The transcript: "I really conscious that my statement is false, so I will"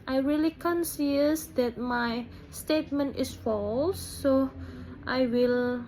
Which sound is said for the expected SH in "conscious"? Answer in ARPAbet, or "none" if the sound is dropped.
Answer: S